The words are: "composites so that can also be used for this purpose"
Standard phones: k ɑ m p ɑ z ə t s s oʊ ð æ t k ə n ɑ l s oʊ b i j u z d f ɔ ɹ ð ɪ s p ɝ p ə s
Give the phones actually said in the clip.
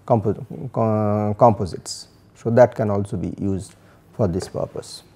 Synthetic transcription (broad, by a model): k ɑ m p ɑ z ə t s s oʊ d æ t k ə n ɑ l s oʊ b i j u z d f ɔ ɹ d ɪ s p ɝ p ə s